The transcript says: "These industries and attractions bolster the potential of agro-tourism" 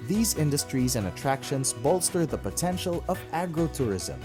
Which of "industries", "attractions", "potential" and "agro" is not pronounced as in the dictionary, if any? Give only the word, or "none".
none